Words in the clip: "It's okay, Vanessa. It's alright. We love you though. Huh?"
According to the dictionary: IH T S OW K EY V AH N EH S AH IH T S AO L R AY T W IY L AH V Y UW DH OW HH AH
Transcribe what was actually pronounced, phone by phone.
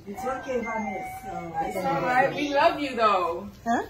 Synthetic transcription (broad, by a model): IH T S OW K EY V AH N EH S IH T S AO R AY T W IY L AH V Y UW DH OW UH